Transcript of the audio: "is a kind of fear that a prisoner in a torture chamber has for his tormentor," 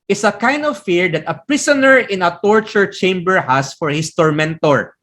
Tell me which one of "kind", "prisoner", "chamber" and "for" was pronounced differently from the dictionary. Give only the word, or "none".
prisoner